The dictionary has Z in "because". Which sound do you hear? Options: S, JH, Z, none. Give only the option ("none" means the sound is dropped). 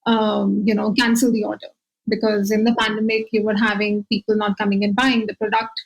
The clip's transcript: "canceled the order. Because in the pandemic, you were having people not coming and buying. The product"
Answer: Z